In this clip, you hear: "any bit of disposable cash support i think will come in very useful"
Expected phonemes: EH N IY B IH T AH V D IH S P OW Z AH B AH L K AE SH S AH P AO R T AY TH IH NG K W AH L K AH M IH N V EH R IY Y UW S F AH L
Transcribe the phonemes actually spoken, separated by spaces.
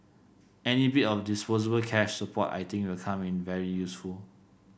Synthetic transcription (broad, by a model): EH N IY B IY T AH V D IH S P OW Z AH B AH L K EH SH S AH P AO T AY T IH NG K W AH L K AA M IH N V EH R IY Y UW S F AH L